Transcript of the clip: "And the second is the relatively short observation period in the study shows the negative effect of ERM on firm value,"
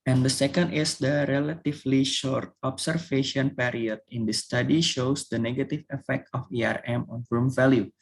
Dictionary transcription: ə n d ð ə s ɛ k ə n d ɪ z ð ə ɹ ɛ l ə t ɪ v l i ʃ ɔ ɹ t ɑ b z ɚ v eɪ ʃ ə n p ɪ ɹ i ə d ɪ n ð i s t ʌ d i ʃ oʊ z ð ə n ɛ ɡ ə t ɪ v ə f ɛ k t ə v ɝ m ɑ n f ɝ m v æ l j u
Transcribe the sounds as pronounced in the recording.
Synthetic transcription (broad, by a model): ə n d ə s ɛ k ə n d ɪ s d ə ɹ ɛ l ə t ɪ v l i ʃ ɔ ɹ t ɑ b s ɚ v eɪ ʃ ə n p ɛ ɹ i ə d ɪ n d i s t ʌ d i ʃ oʊ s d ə n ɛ ɡ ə t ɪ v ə f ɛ k t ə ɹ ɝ m ɑ n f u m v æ l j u